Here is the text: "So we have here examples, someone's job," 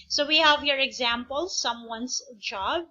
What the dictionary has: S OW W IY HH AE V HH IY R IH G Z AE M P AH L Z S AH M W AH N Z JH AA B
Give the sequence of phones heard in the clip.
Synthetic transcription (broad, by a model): S OW W IY HH AE V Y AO R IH G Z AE M P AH L S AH M W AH N S JH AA B